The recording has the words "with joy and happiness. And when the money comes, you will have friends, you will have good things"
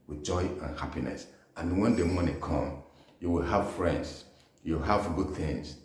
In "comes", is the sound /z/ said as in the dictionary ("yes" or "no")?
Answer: no